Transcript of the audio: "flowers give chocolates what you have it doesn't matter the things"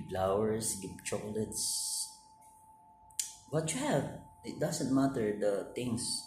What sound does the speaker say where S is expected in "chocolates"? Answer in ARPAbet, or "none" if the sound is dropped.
S